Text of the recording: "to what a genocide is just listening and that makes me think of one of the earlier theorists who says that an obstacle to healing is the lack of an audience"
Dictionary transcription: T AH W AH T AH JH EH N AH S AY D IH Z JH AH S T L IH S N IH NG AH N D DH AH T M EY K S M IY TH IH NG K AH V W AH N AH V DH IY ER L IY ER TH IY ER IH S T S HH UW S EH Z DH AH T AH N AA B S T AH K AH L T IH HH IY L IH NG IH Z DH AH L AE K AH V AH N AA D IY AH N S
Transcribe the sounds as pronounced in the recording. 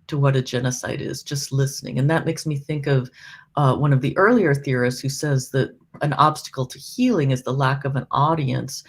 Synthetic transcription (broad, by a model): T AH W AH T AH JH EH N AH S AY D IH Z JH AH S T L IH S N IH NG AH N DH AH T M EY K S M IY TH IH NG K AH V W AH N AH V DH IY ER L IY ER TH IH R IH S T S HH UW S EH Z DH AH T AH N AA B S T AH K L T IH HH IY L IH NG IH Z DH AH L AE K AH V AH N AA D IY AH N S